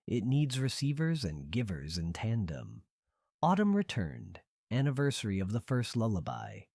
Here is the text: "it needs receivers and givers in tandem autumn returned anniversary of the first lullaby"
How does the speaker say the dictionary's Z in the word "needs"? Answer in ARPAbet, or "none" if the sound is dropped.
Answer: Z